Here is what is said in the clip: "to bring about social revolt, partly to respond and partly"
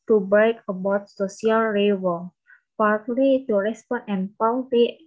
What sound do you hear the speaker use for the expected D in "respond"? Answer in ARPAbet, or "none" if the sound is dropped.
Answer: none